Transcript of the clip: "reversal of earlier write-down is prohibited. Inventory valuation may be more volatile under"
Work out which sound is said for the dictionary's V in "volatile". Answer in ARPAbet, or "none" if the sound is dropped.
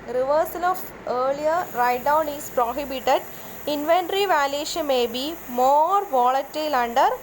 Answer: V